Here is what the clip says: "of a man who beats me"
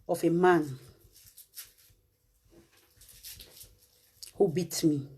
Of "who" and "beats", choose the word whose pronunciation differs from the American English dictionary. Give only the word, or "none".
beats